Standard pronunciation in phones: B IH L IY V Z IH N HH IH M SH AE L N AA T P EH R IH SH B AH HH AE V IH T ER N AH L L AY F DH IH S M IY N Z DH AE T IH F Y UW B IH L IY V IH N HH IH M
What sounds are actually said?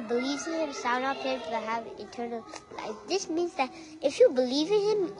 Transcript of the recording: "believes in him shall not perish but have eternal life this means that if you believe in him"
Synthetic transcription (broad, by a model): B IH L IY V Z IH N HH IH M S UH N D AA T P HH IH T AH HH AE V IH T ER N AH L L AY F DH IH S M IY N Z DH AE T IH F Y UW B IH L IY V IH N HH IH M